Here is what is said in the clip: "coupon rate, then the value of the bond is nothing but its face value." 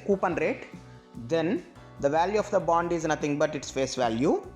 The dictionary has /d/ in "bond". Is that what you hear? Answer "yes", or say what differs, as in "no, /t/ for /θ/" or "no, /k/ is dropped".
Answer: yes